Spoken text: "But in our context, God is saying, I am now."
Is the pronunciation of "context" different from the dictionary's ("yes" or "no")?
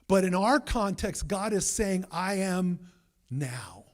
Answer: no